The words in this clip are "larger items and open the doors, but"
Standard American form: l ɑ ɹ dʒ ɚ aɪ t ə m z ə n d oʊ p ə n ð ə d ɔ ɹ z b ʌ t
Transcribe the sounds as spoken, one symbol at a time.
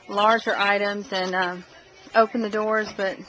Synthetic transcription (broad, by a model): l ɑ ɹ dʒ ɚ aɪ t ə m z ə n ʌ oʊ p ə n ð ə d ɔ ɹ z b ʌ t